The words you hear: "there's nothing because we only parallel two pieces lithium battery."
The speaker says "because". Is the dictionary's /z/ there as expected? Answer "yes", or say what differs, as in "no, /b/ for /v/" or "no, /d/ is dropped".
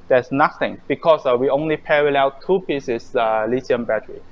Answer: no, /s/ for /z/